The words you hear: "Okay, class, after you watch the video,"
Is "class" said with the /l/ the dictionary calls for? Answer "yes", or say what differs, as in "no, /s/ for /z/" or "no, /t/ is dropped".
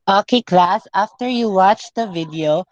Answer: yes